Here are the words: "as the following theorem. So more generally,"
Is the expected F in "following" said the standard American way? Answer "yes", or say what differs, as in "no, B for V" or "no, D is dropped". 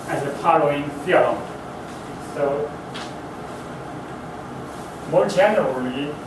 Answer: no, P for F